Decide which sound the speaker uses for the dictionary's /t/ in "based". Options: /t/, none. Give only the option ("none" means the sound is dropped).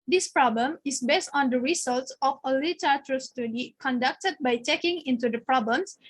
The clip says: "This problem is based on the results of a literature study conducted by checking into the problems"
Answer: /t/